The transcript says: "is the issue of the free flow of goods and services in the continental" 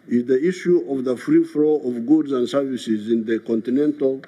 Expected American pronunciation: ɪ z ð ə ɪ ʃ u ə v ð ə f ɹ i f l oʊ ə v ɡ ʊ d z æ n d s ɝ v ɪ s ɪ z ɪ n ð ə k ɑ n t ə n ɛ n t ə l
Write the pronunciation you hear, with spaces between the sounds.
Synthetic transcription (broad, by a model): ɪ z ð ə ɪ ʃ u ə v ð ə f ɹ i f l oʊ ə v ɡ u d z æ n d s ɝ v ɪ s ɪ z ɪ n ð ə k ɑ n t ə n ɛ n t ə l